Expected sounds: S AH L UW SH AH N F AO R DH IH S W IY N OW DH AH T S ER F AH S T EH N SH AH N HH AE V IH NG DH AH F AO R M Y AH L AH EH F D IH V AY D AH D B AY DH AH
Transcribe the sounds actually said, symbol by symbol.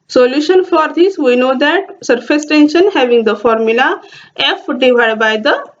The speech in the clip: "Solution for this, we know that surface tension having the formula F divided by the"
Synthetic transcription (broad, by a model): S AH L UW SH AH N F AO R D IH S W IY N OW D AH T S ER F AH S T EH N SH AH N HH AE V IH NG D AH F AO R M Y AH L AH EH F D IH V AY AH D B AY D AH